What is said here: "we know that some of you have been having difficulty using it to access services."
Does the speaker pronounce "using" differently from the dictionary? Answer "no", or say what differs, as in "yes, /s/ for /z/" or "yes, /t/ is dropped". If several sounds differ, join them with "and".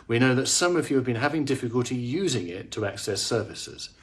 no